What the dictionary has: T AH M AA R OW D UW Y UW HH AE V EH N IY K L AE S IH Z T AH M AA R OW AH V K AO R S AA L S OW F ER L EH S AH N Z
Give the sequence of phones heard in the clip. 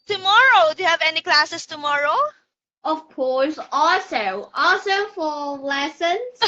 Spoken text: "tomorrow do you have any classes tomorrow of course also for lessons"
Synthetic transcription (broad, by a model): T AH M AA R OW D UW Y UW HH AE V EH N IY K L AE S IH S T AH M AA R OW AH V K AO L S AA L S OW F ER L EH S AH N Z